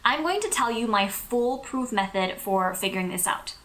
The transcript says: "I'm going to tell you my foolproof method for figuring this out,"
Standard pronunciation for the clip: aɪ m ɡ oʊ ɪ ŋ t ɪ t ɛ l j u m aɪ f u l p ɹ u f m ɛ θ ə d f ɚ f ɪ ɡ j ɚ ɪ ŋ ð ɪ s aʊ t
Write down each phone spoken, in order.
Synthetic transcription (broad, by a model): aɪ m ɡ oʊ ɪ ŋ t ɪ t ɛ l j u m aɪ f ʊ l p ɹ u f m ɛ θ ə d f ɚ f ɪ ɡ j ɚ ɪ ŋ ð ɪ s aʊ t